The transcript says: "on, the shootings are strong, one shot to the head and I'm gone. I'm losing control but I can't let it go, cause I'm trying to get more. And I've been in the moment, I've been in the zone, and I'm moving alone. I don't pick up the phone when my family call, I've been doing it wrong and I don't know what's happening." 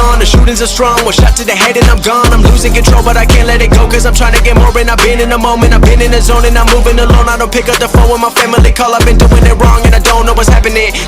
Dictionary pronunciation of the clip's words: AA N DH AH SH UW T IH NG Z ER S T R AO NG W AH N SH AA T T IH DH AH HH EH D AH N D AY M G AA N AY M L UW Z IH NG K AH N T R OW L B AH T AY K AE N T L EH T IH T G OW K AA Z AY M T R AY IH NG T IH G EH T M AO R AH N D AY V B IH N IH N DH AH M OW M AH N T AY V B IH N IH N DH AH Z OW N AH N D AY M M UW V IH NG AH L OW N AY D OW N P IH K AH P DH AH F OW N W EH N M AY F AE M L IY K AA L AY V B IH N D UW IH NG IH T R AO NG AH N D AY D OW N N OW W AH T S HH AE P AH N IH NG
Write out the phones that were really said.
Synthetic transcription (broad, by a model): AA N DH AH SH UW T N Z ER S T R AO NG W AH L SH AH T T IH DH AH HH EH D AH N AY M G AA N AY M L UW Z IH NG K AH N T R OW L B AH T AY K AE N T L EH T IH T G OW K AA Z AY M T R AY IH NG T IH G EH T M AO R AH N AY B IH N IH N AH M OW M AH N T AY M B IH N IH N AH Z OW N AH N AY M M UW V IH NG AH L OW N AY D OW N P IH K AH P DH AH F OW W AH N M AY F AE M L IY K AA L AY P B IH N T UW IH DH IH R R AO NG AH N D AY D OW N N OW W AH T S HH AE P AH N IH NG